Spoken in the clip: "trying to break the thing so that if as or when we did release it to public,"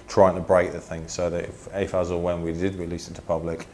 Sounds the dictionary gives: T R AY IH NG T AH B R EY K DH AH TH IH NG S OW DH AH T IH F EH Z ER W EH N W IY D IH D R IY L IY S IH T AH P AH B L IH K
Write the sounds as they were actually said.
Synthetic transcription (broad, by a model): T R AY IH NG T AH B R EY K DH AH TH IH NG S OW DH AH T IH F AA Z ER W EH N W IY D IH D W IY L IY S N T AH P AH B L IH K